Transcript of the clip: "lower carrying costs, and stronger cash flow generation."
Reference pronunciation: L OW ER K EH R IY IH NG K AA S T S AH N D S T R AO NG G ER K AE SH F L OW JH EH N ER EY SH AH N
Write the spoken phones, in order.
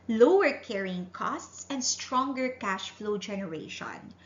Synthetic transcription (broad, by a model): L OW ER K EH R IY IH NG K AA S T S AH N D S T R AO NG G ER K AE SH F L OW JH EH N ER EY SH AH N